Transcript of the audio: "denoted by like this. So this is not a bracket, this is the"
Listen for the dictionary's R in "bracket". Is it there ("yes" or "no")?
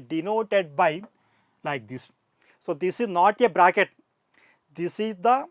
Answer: yes